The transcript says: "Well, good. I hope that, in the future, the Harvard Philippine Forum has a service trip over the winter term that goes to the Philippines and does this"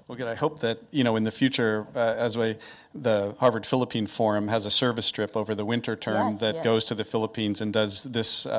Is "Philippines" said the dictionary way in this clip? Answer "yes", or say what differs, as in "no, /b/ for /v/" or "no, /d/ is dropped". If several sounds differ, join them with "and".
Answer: yes